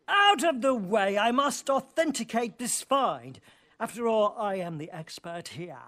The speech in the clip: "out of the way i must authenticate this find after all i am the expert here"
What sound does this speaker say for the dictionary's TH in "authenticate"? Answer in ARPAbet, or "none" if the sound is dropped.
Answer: TH